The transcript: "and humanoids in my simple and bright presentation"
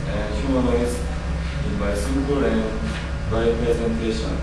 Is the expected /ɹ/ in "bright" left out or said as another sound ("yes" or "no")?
yes